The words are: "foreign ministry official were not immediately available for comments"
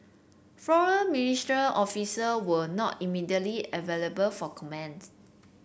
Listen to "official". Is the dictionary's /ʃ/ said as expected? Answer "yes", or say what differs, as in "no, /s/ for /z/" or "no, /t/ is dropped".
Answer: no, /s/ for /ʃ/